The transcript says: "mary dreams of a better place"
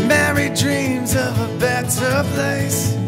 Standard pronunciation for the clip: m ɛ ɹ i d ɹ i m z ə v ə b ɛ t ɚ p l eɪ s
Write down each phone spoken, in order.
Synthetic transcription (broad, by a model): m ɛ ɹ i d ɹ i m z ə v ə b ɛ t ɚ p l eɪ s